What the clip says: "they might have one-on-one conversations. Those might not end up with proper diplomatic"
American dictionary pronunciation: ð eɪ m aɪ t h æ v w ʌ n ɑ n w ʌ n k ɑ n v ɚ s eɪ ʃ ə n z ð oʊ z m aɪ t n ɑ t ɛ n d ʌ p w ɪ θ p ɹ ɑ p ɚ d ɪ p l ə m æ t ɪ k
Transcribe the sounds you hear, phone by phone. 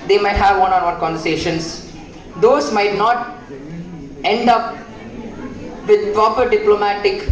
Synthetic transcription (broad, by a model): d eɪ m aɪ t h æ v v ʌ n ɑ n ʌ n k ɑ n v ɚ s eɪ ʃ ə n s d oʊ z m aɪ t n ɑ t ɛ n d ʌ p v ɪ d p ɹ ɑ p ɚ d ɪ p l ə m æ t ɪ k